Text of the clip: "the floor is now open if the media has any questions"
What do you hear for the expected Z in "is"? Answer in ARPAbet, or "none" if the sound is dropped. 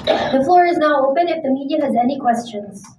Z